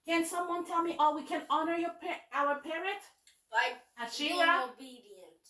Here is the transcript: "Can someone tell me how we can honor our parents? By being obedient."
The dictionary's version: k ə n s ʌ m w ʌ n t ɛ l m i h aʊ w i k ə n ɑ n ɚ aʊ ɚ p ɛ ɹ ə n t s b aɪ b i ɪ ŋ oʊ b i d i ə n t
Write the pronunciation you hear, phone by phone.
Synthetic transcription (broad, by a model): k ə n s ʌ m w ʌ n t ɛ l m i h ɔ w i k ə n ɑ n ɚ aʊ ɚ p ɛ ɹ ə n t b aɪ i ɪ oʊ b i d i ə n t